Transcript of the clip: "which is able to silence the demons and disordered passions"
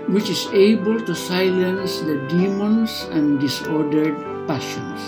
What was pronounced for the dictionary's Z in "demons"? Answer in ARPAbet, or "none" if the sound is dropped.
S